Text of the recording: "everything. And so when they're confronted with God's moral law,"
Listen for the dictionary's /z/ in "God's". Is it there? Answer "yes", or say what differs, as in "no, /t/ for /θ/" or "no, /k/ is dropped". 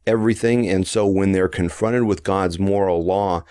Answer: yes